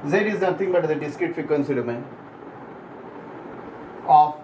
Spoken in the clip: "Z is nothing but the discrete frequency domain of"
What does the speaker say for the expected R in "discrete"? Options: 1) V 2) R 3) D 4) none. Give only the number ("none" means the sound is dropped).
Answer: 4